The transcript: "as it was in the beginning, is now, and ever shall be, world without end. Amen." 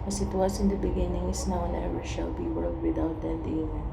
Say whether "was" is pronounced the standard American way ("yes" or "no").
no